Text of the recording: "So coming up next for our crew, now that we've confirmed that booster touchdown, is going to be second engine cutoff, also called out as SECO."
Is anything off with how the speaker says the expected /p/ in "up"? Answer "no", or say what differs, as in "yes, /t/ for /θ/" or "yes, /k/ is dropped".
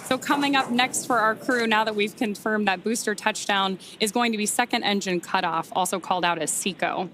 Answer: no